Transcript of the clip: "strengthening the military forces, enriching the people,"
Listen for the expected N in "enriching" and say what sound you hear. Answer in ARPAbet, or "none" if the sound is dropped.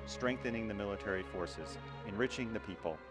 N